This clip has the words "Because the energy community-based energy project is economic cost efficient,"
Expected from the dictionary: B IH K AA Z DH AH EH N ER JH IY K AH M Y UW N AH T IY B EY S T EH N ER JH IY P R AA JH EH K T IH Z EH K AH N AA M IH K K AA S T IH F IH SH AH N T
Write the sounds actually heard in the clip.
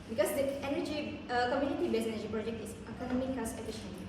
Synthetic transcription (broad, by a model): B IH K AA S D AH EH N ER JH IY K AH M Y UW N AH T IY B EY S EH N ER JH IY P R AA JH EH K T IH S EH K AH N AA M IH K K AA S IH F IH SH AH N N